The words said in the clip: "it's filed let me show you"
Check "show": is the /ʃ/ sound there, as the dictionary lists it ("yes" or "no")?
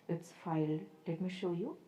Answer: yes